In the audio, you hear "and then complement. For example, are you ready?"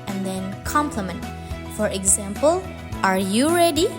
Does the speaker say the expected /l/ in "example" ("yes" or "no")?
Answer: yes